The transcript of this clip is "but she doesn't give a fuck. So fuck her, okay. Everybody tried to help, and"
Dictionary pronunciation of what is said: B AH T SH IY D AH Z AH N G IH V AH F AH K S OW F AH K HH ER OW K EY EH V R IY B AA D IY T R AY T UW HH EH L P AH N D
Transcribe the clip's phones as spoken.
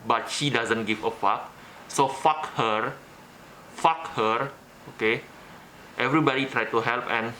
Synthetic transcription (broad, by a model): B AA T SH IY D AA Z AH N G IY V AH F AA K S OW F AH K HH ER OW K EY EH V R IY B AA D IY T R AY T UW HH EH L P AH N